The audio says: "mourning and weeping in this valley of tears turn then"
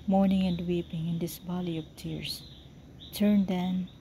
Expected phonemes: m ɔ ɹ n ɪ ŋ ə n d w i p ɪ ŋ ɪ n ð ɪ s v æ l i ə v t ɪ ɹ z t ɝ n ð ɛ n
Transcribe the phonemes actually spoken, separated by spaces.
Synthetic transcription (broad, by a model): m ɔ ɹ n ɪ ŋ ə n d w i p ɪ ŋ ɪ n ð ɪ s b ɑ l i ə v t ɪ ɹ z t ɝ n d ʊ n